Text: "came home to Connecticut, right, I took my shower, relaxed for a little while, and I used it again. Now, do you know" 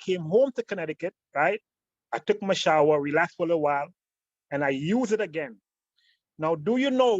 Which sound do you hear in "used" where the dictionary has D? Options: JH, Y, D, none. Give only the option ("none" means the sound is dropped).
none